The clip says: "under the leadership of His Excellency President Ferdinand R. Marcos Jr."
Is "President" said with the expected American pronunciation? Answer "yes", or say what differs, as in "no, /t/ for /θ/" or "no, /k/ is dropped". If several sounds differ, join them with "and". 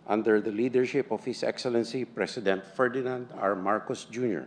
no, /s/ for /z/